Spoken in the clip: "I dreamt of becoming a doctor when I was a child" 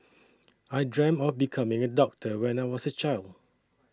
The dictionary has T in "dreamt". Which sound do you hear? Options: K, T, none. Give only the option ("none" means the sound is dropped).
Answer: none